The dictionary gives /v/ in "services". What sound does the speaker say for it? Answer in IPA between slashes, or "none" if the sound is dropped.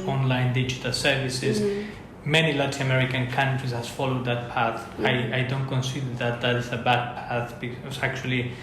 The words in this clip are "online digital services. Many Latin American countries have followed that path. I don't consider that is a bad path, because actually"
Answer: /v/